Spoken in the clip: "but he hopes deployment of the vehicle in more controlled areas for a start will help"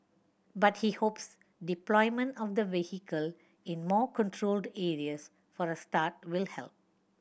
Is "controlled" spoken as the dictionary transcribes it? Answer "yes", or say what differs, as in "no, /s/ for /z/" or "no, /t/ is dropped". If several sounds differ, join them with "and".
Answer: yes